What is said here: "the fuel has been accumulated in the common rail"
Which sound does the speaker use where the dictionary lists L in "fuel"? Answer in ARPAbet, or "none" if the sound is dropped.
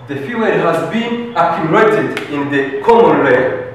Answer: N